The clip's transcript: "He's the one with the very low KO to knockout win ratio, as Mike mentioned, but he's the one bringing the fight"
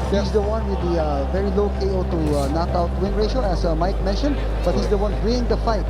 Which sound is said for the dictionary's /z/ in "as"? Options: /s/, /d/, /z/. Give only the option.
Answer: /s/